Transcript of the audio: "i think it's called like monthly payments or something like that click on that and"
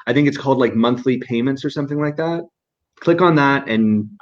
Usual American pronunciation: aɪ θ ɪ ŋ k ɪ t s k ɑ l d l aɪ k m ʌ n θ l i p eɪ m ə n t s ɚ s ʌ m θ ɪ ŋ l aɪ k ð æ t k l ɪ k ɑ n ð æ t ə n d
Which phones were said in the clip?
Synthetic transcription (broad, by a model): aɪ θ ɪ ŋ k ɪ t s k ɑ l d l aɪ k m ʌ n θ l i p eɪ m ə n t s ɚ s ʌ m θ ɪ ŋ l aɪ k ð æ t k l ɪ k n ð æ t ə n